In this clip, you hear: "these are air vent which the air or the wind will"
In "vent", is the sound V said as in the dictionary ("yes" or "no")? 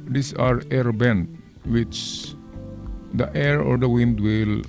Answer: no